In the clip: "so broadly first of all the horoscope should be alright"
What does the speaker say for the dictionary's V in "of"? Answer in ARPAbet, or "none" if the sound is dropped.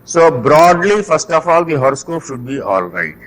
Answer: F